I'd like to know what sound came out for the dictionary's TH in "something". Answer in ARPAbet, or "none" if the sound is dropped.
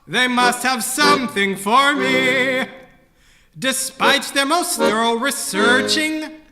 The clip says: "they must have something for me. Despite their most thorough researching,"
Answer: TH